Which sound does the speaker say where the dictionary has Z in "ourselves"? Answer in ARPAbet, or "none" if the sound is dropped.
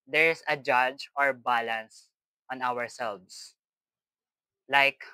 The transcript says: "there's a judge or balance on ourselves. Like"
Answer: S